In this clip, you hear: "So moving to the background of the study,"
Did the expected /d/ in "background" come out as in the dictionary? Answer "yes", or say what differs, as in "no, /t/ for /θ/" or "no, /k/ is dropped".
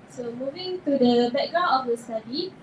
no, /d/ is dropped